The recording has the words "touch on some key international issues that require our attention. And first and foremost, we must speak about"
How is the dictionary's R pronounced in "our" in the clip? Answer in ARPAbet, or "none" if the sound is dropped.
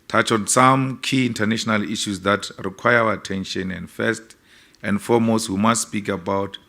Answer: W